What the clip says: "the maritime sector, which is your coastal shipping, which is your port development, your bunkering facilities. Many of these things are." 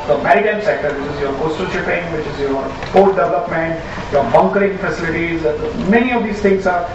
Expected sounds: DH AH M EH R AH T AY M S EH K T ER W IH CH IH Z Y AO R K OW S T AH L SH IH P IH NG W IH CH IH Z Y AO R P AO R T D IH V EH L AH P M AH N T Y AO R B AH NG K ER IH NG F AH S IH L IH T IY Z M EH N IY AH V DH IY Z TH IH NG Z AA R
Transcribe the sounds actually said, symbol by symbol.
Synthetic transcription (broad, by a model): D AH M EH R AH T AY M S EH K T ER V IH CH IH Z Y AO R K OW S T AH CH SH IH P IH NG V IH CH IH Z Y AO R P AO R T D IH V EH L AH P M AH N T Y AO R B AH NG K ER IH NG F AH S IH L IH T IY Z M EH N IY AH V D IY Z T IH NG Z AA R